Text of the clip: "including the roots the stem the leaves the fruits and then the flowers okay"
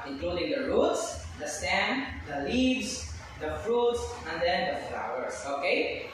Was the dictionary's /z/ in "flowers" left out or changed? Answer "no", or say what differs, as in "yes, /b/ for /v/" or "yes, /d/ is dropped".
yes, /s/ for /z/